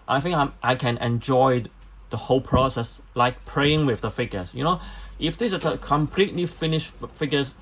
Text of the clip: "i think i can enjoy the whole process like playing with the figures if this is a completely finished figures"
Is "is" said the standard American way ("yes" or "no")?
no